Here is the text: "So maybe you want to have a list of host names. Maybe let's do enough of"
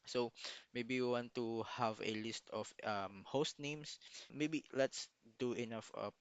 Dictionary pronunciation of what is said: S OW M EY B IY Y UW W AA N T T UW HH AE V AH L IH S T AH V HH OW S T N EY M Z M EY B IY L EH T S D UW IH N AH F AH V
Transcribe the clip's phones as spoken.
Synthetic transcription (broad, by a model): S OW M EY B IY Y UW W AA N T T UW HH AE V AH L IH S T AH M HH OW S T N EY M S M EY B IY L EH T S D UW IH N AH F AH